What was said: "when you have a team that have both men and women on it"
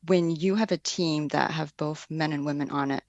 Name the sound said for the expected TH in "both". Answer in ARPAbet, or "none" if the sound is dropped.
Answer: TH